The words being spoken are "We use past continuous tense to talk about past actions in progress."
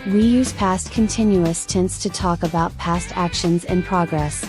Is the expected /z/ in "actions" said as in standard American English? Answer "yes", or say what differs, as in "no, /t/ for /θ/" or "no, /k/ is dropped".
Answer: yes